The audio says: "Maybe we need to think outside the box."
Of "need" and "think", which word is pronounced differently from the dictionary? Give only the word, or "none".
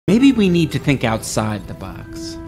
none